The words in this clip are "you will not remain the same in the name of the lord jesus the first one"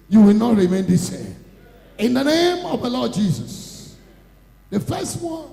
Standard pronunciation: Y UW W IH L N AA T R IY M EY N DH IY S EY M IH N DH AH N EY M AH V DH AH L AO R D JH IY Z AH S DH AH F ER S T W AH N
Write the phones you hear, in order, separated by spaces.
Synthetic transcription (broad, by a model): Y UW W IH L N AA T R IY M EY N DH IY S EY IH N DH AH N EY M AH V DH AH L AO D JH IY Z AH S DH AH F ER S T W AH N